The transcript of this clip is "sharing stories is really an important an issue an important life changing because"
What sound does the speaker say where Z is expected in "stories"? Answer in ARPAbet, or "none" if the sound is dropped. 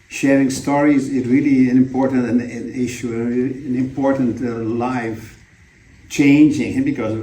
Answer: Z